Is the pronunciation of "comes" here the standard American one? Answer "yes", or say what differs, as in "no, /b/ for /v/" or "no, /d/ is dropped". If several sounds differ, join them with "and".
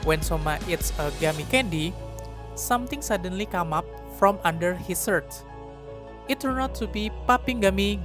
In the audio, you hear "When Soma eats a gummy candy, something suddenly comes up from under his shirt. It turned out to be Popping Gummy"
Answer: no, /z/ is dropped